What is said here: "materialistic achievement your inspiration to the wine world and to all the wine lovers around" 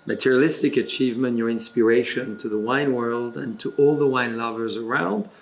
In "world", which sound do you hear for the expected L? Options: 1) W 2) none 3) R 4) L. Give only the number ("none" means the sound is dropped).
4